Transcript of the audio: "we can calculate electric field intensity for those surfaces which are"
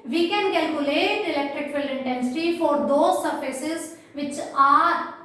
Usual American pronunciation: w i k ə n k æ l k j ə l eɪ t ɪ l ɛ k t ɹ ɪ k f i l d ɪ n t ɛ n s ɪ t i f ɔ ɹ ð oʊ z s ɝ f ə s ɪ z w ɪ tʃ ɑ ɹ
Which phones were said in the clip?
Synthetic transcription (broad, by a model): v i k ə n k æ l k j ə l eɪ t ɪ l ɛ k t ɹ ɪ k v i l ɪ n t ɛ n s ɪ t i f ɔ ɹ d oʊ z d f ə s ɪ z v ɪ tʃ ɑ ɹ